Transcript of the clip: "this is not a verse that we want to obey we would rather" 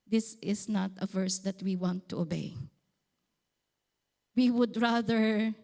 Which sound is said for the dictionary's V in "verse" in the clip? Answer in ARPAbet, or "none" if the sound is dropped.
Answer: V